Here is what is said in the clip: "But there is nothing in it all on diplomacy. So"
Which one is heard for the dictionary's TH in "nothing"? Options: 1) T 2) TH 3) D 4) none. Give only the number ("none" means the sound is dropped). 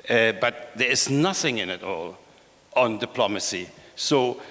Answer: 2